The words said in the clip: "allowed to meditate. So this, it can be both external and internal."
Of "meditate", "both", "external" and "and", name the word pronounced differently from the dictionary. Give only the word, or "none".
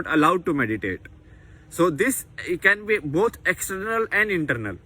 both